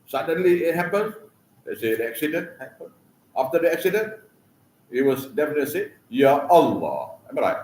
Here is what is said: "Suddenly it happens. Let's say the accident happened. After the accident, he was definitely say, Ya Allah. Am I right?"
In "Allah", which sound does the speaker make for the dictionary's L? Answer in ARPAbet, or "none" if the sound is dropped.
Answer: L